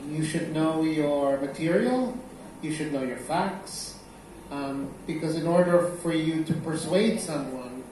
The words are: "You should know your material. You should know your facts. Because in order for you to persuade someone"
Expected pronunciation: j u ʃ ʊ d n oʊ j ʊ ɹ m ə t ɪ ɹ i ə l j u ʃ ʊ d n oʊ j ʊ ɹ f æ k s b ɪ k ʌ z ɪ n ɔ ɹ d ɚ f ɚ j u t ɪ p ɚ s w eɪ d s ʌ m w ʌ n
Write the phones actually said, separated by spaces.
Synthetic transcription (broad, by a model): j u ʃ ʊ d n oʊ j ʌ ɹ m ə t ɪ ɹ i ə l j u ʃ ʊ d n oʊ j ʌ ɹ f æ k s b ɪ k ʌ z ɪ n ɔ ɹ d ɚ f ɚ j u t ɪ p ɚ s w eɪ d s ʌ m w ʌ n